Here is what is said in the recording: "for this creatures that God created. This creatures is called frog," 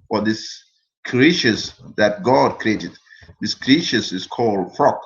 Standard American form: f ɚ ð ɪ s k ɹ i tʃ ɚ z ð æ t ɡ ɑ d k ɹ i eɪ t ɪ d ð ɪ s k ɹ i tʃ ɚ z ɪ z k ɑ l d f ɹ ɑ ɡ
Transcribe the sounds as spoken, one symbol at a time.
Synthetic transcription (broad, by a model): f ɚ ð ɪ s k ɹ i ʃ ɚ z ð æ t ɡ ɑ d k ɹ i eɪ t ɪ d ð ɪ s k ɹ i ʃ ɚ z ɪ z k ɑ l d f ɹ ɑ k